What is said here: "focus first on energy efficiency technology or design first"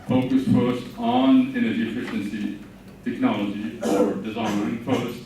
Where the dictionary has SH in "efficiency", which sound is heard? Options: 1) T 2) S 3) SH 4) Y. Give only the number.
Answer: 3